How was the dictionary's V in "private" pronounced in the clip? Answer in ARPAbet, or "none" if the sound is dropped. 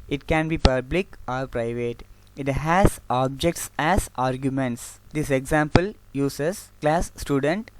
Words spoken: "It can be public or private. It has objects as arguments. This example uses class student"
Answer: V